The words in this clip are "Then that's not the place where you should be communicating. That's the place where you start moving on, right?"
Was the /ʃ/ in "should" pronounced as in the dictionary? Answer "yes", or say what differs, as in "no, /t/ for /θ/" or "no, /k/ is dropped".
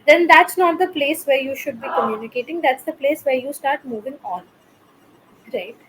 yes